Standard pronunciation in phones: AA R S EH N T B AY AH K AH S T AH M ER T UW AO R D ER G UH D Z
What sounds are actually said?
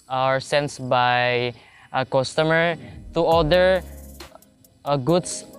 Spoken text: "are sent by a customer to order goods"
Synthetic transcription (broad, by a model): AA R S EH N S B AY AH K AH S T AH M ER T UW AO L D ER G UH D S